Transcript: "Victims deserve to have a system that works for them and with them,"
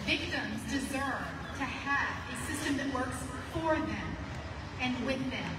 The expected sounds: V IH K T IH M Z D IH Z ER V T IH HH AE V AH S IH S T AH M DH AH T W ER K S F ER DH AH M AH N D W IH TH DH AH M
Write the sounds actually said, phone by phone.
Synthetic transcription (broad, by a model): V IH K T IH M Z D IH Z ER V T IH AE V AH S IH S T AH M DH AH T W ER K S F ER DH AH M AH N W IH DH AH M